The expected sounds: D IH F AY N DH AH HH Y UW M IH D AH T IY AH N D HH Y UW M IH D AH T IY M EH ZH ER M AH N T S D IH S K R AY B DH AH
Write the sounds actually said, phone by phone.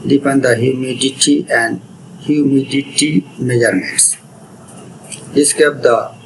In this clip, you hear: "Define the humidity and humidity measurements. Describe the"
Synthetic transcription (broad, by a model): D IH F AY N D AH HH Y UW M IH D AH T IY AH N D HH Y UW M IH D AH T IY M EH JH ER M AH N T S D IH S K AY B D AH